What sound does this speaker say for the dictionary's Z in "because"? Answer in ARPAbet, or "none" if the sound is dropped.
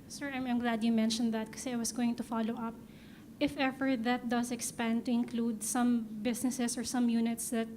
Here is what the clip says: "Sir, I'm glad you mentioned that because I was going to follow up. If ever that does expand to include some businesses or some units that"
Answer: none